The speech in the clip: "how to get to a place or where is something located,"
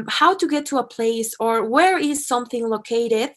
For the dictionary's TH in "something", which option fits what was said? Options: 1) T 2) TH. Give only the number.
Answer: 2